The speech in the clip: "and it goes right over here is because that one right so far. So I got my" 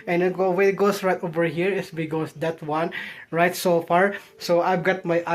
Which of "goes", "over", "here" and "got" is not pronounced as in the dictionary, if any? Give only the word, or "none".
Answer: goes